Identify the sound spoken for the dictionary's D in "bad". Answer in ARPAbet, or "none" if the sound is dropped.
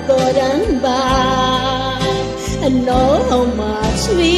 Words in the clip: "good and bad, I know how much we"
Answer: none